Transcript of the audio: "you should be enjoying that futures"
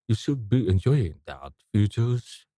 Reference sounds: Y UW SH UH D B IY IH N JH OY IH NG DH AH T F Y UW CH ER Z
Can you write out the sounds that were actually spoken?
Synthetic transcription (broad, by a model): Y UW SH UH D B IY IH N JH OY IH NG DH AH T F Y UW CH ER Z